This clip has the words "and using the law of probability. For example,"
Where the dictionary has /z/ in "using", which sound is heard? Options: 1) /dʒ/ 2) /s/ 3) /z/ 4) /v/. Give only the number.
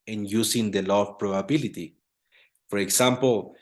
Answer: 2